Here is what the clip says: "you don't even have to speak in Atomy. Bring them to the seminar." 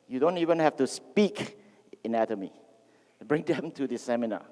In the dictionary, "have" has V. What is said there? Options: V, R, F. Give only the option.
F